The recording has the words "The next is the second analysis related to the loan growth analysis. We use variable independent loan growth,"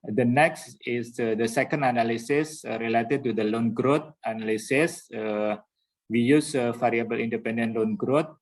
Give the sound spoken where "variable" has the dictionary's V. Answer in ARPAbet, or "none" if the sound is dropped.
F